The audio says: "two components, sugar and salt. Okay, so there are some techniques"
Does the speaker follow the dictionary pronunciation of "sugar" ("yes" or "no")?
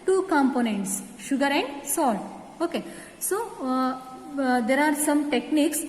yes